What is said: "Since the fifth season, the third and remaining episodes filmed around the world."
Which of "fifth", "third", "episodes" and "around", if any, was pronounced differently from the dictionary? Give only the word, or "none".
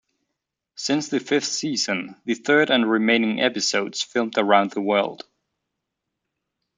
none